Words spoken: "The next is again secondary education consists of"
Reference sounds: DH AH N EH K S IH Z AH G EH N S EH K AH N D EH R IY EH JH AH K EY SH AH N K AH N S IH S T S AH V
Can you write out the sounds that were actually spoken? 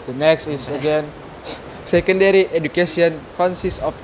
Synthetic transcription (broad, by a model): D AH N EH K S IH S AH G EH N S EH K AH N D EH R IY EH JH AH K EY S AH N K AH N S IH S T AH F